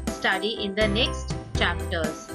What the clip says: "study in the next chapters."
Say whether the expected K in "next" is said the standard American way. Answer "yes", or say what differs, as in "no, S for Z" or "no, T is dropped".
yes